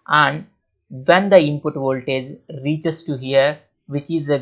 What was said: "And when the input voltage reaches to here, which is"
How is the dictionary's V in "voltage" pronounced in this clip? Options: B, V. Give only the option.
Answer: V